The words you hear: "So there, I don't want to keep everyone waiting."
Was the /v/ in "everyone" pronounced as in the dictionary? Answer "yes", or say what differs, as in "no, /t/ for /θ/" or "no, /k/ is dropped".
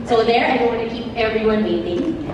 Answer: yes